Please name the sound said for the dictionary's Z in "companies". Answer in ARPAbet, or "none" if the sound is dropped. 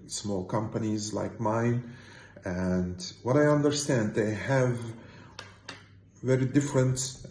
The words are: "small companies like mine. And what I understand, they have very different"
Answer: Z